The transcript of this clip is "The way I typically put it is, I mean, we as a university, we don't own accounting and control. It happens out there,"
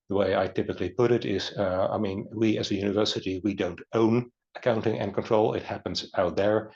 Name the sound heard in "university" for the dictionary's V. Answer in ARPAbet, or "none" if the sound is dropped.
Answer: V